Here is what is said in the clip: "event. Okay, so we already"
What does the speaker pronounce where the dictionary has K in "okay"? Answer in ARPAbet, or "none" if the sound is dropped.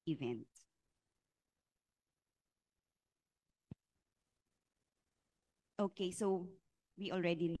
K